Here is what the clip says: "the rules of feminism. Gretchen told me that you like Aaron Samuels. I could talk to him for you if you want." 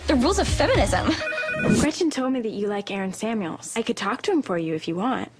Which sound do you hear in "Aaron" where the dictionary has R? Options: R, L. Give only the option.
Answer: R